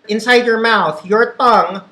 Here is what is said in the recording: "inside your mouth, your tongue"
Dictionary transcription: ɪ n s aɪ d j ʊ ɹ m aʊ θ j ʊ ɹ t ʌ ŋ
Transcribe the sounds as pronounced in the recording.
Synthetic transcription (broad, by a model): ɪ n s aɪ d j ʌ ɹ m aʊ θ j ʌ ɹ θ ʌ ŋ